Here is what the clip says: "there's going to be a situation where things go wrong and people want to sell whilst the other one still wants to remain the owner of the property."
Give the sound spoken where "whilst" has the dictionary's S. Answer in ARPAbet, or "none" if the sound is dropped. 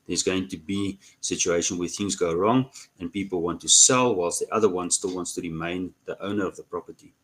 S